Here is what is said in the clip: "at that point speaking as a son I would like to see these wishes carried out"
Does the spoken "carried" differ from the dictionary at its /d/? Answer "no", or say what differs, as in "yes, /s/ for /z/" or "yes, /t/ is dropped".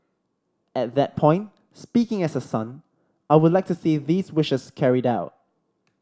no